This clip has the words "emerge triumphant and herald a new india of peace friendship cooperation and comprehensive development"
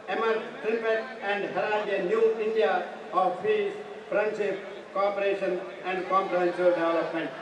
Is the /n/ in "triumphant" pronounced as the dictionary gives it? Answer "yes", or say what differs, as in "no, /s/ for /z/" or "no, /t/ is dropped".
no, /n/ is dropped